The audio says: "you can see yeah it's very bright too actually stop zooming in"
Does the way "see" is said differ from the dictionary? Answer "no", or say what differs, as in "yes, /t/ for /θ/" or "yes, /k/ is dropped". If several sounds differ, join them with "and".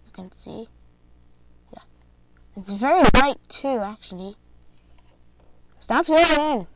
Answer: no